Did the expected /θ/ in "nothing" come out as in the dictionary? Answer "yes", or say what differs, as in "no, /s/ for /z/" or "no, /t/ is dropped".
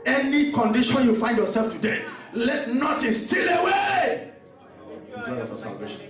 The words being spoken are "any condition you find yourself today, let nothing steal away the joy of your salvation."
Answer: no, /t/ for /θ/